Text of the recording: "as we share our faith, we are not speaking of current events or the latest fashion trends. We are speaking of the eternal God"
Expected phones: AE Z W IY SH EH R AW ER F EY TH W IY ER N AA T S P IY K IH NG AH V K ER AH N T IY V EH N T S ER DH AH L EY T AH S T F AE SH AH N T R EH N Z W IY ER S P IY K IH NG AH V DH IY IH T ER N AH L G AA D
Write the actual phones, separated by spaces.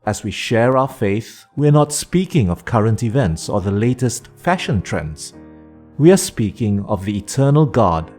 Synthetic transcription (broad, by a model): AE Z W IY SH EH R AW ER F EY TH W IY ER N AA T S P IY K IH NG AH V K ER AH N T IY V EH N T S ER DH AH L EY T AH S T F AE SH AH N T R EH N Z W IY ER S P IY K IH NG AH V DH IY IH T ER N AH L G AA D